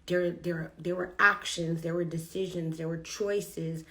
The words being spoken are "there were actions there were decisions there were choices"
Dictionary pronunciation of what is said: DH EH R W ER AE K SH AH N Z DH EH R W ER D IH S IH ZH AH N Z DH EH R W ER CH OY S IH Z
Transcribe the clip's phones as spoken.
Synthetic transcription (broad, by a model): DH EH R W ER AE K SH AH N Z DH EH R W ER D IH S IH ZH AH N Z DH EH R W ER CH OY S IH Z